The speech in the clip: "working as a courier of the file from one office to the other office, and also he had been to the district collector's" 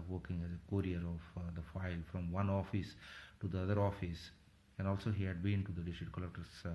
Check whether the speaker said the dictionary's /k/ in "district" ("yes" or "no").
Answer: no